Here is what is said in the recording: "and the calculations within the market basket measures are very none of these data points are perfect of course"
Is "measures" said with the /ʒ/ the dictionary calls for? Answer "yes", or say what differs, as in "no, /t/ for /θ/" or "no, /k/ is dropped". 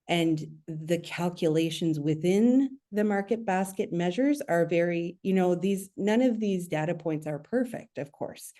yes